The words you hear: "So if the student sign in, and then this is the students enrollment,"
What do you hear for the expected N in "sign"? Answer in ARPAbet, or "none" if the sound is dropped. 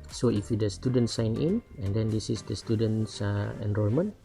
N